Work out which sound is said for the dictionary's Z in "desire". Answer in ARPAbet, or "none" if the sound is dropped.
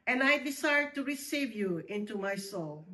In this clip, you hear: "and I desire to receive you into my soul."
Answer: S